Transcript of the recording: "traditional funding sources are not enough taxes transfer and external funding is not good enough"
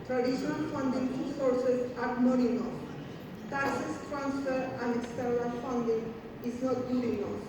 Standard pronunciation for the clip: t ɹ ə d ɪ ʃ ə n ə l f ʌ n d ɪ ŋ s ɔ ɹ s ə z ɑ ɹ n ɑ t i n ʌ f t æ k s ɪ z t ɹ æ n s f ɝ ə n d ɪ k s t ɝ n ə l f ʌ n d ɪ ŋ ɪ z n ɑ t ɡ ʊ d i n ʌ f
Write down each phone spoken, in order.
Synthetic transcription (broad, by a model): t ɹ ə d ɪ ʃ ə n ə l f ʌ n d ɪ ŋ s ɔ ɹ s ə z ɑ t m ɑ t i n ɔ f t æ s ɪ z t ɹ æ n s f ɝ ə n d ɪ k s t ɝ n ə f ʌ n d ɪ ŋ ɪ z n ɑ t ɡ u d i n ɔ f